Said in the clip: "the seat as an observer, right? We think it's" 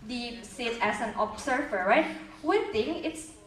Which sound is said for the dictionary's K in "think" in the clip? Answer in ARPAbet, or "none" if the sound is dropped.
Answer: none